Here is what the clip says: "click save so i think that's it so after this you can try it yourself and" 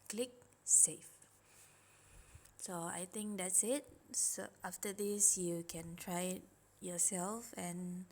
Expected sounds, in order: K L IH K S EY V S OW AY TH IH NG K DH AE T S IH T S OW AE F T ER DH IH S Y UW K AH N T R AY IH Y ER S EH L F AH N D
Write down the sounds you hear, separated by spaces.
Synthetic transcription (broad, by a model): K L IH K S EY F S OW AY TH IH NG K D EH T S IH T S OW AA F T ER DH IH S Y UW K AH N T R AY IH Y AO S EH L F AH N